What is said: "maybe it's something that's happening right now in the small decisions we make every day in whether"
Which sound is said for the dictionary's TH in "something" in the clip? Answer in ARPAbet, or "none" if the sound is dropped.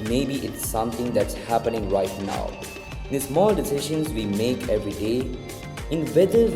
T